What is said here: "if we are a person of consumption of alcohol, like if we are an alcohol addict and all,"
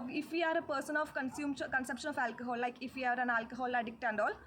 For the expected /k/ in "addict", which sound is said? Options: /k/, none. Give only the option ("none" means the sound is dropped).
/k/